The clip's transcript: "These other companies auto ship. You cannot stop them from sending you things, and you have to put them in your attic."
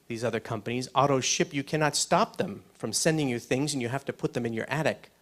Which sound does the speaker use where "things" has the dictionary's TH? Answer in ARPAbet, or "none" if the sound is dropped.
TH